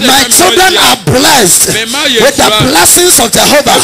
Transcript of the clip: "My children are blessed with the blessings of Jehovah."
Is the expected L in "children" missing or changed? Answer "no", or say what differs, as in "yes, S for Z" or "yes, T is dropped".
no